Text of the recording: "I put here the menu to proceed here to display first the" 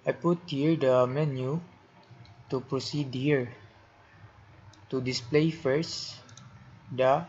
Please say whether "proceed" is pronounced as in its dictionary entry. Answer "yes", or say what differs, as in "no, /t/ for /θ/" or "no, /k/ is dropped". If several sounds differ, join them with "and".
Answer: yes